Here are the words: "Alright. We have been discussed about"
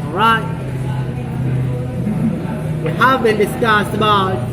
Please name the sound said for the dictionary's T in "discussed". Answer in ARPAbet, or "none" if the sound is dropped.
none